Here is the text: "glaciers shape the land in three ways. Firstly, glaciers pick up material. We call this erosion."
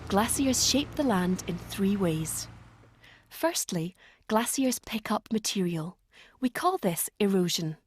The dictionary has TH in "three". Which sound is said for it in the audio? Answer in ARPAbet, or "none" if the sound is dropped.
TH